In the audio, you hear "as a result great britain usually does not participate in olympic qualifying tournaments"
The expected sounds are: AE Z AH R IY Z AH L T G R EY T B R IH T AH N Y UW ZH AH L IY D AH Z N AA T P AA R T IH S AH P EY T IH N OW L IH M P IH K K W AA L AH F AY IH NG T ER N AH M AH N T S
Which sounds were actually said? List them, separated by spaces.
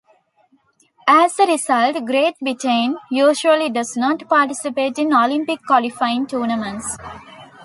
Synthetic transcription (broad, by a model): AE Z AH R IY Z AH L T G R EY T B IH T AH N Y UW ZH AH L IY D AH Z N AA T P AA R T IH S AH P EY T IH N OW L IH M P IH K K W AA L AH F AY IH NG T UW N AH M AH N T S